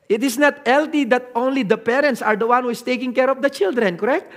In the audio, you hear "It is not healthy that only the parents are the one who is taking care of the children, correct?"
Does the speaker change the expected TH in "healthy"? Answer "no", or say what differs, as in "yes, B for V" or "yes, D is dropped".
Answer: yes, T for TH